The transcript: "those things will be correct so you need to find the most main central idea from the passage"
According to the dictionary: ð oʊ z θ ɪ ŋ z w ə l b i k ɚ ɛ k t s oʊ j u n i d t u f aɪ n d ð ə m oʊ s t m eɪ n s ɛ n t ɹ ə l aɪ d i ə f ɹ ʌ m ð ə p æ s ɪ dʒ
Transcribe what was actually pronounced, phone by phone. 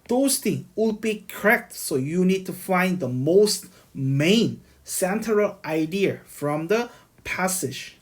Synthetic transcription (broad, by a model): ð oʊ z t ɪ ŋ w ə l b i k ɚ ɛ k t s oʊ j u n i d t u f aɪ n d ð ə m oʊ s t m eɪ n s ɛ n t ɹ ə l aɪ d i ə f ɹ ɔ m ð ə p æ s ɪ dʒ